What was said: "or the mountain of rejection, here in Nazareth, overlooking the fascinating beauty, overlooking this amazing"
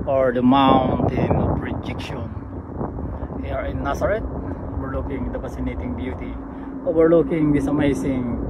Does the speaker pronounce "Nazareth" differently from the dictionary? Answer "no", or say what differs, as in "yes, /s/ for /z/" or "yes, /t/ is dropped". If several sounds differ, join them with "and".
yes, /s/ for /z/ and /t/ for /θ/